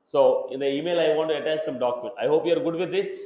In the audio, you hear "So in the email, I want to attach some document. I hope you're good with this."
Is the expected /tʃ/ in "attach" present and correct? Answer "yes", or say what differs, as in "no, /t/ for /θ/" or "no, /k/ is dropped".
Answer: no, /s/ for /tʃ/